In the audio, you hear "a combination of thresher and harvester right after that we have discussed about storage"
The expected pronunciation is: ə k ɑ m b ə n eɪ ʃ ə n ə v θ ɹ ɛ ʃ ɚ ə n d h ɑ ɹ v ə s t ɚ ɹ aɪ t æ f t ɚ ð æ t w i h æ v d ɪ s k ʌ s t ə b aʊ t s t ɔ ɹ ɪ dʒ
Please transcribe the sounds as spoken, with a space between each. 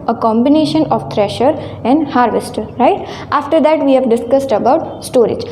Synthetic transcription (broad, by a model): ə k ɑ m b ə n eɪ ʃ ə n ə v t ɹ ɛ ʃ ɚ ə n d h ɑ ɹ v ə s t ɹ aɪ t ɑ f t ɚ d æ t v i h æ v d ɪ s k ʌ s t ə b aʊ t s t ɔ ɹ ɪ dʒ